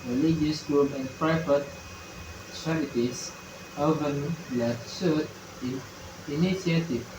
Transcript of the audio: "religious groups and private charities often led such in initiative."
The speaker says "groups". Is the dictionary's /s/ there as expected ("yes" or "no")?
no